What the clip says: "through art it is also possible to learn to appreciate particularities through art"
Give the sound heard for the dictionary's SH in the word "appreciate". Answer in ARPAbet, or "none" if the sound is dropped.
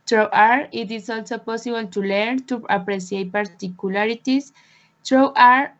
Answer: S